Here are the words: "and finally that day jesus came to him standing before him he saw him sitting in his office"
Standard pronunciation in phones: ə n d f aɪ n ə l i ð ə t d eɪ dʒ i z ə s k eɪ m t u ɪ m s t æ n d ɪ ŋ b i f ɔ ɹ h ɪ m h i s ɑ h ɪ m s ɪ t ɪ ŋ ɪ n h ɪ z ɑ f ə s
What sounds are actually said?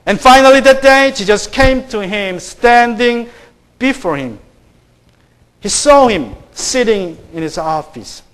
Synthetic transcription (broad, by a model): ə n f aɪ n ə l i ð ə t d eɪ ʃ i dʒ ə s k eɪ m t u ɪ m s t æ n d ɪ ŋ b i f ɔ ɹ h ɪ m h i s ɑ h ɪ m s ɪ t ɪ ŋ ɪ n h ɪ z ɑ f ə s